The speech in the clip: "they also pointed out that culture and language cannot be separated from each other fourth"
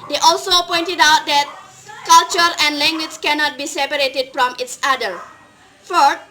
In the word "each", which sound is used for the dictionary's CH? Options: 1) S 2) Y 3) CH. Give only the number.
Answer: 1